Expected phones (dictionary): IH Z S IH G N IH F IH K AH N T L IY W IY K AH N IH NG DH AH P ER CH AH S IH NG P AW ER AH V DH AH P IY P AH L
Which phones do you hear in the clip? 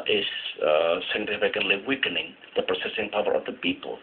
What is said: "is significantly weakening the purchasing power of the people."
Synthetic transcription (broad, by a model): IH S S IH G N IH F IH K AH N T L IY W IY K AH N IH NG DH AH P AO S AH S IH NG P AW ER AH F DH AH P IY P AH L